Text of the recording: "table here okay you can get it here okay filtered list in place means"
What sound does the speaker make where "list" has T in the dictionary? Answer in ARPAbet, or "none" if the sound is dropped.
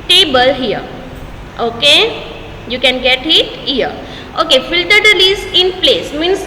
none